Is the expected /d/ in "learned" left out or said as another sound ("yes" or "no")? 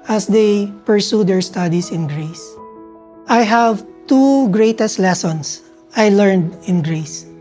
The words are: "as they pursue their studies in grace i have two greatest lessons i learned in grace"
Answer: no